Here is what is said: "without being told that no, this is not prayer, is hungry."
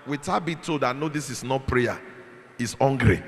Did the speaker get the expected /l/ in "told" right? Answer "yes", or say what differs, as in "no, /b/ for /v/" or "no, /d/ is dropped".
no, /l/ is dropped